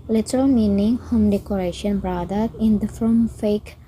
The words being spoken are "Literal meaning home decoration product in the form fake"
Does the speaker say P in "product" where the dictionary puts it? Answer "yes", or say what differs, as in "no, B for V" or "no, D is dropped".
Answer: no, B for P